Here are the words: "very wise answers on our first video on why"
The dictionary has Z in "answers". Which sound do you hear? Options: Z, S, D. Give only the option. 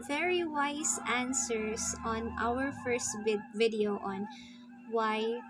S